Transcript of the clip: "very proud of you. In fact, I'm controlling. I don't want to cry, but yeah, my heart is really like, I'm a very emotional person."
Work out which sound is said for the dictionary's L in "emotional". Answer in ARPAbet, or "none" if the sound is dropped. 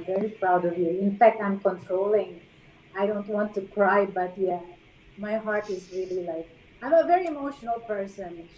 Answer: L